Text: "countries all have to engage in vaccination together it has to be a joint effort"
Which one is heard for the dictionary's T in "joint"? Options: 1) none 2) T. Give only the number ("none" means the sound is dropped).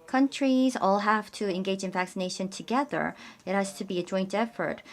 2